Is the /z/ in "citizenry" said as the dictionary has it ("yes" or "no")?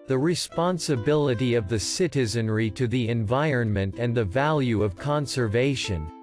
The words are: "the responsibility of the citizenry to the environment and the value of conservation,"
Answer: yes